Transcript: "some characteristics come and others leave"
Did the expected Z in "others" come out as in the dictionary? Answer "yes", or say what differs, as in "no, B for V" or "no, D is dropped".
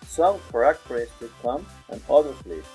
no, S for Z